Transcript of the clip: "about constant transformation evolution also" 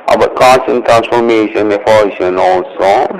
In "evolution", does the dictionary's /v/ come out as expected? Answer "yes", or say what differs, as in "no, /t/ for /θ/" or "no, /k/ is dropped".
no, /f/ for /v/